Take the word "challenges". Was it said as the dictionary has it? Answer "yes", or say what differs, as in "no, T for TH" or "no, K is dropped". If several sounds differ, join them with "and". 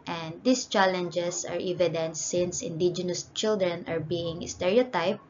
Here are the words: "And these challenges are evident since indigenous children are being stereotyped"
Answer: no, S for Z